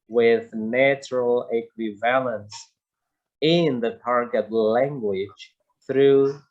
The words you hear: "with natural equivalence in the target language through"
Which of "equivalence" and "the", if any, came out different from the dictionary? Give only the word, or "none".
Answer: none